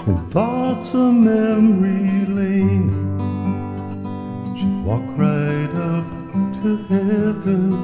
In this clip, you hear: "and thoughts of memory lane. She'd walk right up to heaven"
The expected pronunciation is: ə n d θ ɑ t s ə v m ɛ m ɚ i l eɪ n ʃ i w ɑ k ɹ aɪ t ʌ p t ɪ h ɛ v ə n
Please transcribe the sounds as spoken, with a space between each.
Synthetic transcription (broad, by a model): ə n θ ɑ t s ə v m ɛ m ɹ i l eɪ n ʃ i w ɑ k ɹ aɪ t ʌ p t ɪ h ɛ v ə n